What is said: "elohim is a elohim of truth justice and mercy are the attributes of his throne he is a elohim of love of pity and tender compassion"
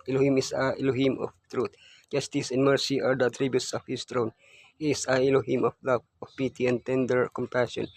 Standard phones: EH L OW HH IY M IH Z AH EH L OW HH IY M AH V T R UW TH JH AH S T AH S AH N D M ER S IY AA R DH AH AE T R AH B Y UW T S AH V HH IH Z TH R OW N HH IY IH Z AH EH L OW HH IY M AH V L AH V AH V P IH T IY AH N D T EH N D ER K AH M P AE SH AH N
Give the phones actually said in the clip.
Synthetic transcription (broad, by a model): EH L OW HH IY M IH S AH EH L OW HH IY M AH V T R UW T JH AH S T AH S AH N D M ER S IY AA R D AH T R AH B Y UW T S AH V HH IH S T R OW N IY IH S AH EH L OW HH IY M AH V L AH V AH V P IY T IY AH N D T EH N D ER K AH M P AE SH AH N